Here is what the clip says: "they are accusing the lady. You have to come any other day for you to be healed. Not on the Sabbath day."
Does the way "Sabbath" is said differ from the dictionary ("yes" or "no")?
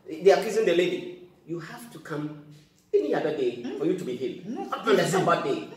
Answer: yes